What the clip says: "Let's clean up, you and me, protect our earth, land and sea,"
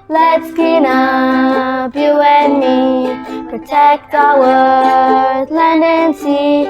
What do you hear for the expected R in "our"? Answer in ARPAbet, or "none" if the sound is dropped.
W